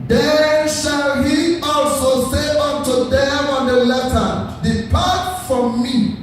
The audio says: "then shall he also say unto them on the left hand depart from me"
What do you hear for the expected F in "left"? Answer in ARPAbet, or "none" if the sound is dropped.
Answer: none